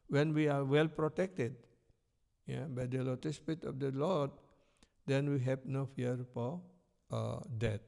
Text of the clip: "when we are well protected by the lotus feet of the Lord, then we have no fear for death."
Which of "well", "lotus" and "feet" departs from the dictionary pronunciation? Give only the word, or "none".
feet